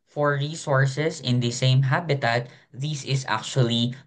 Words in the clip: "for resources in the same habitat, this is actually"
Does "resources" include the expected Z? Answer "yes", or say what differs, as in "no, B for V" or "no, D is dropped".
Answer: no, S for Z